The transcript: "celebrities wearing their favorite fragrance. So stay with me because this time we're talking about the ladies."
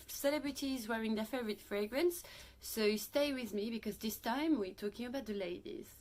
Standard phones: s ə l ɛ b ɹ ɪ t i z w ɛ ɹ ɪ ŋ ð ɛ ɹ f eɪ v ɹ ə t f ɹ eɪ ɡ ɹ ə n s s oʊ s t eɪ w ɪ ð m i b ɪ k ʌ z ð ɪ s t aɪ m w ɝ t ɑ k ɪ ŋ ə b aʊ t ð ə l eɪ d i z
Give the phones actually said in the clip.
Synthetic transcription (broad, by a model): s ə l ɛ b ɹ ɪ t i z w ɛ ɹ ɪ ŋ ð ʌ f eɪ v ɹ ə t f ɹ eɪ ɡ ɹ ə n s s oʊ s t eɪ w ɪ ð m i b ɪ k ʌ z ð ɪ s t aɪ m w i t ɑ k ɪ ŋ ə b aʊ t ð ə l eɪ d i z